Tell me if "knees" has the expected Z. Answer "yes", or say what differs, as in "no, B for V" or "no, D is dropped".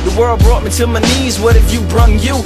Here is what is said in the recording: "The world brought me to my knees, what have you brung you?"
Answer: yes